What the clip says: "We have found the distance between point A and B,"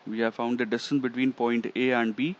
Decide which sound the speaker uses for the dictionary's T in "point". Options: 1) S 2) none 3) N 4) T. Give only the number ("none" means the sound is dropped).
4